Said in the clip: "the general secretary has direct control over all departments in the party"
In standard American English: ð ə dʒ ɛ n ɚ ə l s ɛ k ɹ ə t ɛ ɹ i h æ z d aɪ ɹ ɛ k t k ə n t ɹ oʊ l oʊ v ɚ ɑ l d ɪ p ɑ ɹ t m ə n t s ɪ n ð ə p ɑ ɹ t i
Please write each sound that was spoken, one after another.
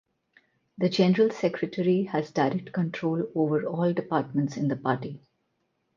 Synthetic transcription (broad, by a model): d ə dʒ ɛ n ɚ ə l s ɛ k ɹ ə t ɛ ɹ i h æ z d aɪ ɹ ɛ k t k ə n t ɹ oʊ l oʊ v ɚ ɑ l d ɪ p ɑ ɹ t m ə n t s ɪ n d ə p ɑ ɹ t i